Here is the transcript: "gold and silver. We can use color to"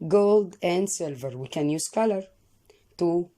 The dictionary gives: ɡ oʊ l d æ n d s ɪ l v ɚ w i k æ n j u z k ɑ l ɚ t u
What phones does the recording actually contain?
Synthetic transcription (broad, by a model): ɡ oʊ l d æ n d s ɪ l v ɚ w i k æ n j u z k ɑ l ɚ t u